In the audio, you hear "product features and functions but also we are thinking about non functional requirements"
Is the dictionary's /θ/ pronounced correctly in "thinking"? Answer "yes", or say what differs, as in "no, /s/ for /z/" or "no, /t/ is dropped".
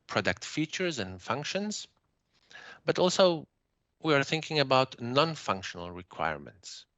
yes